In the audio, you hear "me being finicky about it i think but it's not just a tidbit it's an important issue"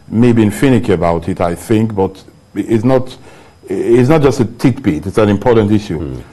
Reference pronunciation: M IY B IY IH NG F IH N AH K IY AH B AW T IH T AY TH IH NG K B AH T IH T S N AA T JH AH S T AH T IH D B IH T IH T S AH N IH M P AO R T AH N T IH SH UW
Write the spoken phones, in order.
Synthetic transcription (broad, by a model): M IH B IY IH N F IH N AH K IY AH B AW T IH T AY TH IH NG K B AH T IH T S N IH T JH AH S T AH T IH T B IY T IH T S AH N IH M P AO R T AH N T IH SH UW